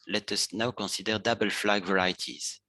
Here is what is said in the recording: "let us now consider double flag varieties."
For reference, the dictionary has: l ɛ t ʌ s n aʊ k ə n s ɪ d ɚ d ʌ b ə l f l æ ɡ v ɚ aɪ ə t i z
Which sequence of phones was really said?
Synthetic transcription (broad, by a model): l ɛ t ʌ s n aʊ k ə s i d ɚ d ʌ b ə l f l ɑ ɡ v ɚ aɪ t i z